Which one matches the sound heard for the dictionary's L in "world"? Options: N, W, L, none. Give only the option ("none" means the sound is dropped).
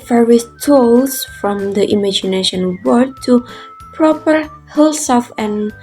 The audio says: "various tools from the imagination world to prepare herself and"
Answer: none